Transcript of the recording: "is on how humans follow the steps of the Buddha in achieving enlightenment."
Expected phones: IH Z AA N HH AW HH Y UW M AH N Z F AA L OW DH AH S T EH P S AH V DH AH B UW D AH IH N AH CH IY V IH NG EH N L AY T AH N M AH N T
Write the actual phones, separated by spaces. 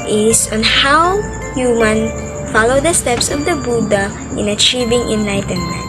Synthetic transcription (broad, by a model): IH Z AA N HH AW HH Y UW M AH N F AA L OW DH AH S T EH P S AH V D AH B UW D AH IH N AH CH IY V IH NG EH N L AY T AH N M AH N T